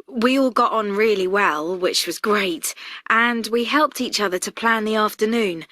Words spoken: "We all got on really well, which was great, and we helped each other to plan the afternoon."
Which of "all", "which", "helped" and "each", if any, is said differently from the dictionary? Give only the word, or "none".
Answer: none